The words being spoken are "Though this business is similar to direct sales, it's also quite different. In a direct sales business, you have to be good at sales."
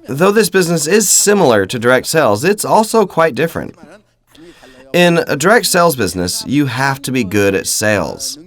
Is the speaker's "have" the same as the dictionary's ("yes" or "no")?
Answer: no